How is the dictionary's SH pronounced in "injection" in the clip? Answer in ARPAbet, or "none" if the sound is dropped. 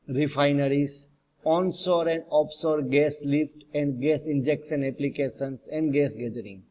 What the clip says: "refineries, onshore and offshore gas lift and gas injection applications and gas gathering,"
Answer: S